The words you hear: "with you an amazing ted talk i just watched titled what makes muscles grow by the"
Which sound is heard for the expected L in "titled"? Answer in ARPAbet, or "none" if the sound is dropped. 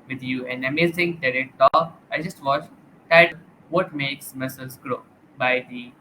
none